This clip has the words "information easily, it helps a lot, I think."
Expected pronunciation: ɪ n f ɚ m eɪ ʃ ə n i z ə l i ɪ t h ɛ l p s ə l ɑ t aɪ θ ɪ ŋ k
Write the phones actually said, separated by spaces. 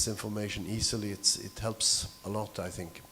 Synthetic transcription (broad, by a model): ɪ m f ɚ m eɪ ʃ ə n i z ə l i ɪ t h ɛ l p s ə l ɑ t aɪ θ ɪ ŋ k